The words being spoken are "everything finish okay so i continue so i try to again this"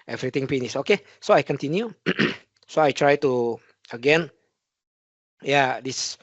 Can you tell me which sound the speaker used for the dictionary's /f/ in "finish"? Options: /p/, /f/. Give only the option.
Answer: /p/